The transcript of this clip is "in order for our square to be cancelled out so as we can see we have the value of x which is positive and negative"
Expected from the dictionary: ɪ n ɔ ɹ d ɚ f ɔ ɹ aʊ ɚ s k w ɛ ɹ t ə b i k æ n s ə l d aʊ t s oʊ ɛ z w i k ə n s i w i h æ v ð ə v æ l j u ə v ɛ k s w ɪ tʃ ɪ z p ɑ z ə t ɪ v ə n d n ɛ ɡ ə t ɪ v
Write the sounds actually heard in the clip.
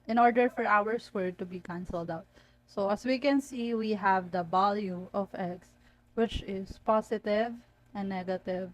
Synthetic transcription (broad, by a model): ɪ n ɔ ɹ d ɚ f ɔ ɹ aʊ ɚ s w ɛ ɹ t ə b i k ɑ n s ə l d aʊ t s oʊ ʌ s w i k ə n s i w i h æ v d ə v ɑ l j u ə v ɛ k s w ɪ tʃ ɪ s p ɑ s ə t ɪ v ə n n ɛ ɡ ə t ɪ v